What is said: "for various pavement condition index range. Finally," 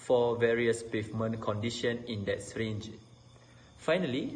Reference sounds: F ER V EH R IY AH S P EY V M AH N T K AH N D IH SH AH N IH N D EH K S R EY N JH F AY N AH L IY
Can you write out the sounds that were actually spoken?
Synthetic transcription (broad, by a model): F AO V EH R IY AH S P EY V M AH N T K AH N D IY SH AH N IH N D EH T S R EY N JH F AY N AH L IY